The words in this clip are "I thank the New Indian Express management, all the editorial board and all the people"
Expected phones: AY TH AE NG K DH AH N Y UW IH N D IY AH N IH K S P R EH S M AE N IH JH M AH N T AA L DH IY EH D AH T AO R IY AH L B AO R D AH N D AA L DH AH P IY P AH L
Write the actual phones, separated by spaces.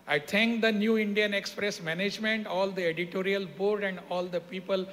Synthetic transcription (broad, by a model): AY T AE NG K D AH N Y UW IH N D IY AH N IH K S P R EH S M AE N IH JH M AH N T AA L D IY EH D AH T AO R IY AH L B AO R D AH N D AA L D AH P IY P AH L